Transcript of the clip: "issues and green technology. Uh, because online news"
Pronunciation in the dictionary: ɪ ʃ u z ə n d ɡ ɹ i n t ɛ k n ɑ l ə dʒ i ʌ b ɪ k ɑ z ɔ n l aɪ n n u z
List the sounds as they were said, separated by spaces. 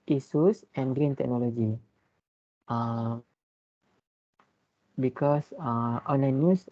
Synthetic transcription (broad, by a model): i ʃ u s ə n ɡ ɹ i n t ɛ k n ɑ l ə dʒ i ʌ b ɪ k ɑ s ɔ n l aɪ n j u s